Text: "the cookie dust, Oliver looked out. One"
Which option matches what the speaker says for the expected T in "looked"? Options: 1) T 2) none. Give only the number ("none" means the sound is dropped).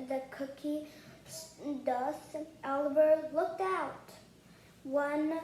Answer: 1